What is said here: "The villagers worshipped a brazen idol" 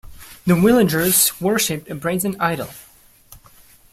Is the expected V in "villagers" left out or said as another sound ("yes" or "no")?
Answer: yes